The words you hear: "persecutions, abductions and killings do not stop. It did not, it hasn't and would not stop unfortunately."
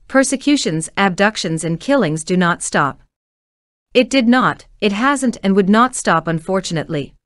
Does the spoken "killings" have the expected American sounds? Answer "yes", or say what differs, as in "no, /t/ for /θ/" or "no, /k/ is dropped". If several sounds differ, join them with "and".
yes